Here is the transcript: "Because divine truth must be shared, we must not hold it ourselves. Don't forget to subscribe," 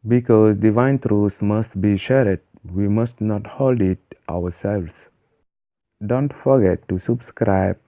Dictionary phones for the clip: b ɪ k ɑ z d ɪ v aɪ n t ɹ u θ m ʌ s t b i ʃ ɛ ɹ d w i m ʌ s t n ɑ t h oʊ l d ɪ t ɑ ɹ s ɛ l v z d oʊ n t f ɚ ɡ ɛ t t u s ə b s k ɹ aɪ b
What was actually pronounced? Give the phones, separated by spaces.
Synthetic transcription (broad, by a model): b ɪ k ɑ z d ɪ v aɪ n t ɹ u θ m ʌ s t b i ʃ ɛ ɹ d w i m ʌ s t n ɑ t h oʊ l d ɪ t ɑ w s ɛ l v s d oʊ n t f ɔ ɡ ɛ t t u s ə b s k ɹ aɪ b